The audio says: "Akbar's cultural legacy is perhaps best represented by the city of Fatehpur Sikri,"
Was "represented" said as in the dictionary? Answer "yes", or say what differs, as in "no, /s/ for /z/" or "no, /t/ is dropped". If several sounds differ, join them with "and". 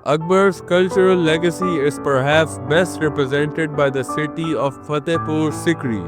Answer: yes